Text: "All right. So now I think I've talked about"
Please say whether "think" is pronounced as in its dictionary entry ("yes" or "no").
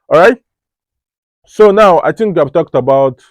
no